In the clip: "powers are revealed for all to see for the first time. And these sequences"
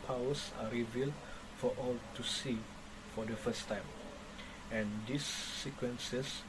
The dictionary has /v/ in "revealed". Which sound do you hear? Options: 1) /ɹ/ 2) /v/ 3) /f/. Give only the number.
2